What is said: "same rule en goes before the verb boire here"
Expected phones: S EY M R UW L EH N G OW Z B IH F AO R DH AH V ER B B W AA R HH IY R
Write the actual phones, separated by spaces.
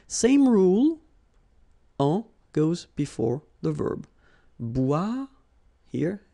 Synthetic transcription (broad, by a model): S EY M R UW L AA G OW Z B IH F AO R DH AH V ER B B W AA HH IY R